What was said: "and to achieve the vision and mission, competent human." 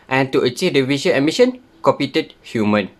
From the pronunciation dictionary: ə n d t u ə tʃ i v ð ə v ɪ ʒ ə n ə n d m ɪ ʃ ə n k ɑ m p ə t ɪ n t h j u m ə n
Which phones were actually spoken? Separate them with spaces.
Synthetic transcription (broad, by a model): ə n t u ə tʃ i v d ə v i ʃ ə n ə m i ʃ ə n k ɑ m p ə t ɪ t h j u m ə n